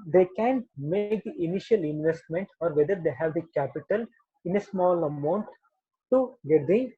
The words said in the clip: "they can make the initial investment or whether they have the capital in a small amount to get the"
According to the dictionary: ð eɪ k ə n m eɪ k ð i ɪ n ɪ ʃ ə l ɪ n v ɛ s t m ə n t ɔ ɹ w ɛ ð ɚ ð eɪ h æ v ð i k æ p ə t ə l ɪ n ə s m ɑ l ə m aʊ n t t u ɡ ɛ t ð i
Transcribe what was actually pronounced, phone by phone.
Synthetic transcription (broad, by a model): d eɪ k ə n m eɪ k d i ɪ n ɪ ʃ ə l ɪ n v ɛ s t m ə n t ɔ ɹ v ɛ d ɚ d eɪ h æ v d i k æ p ə t ə l ɪ n ə s m ɑ l ə m aʊ n t t u ɡ ɛ t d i